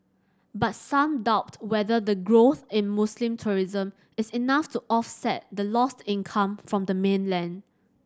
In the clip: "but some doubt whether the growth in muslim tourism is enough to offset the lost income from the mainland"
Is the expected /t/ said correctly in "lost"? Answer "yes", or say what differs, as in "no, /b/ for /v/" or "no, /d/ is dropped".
yes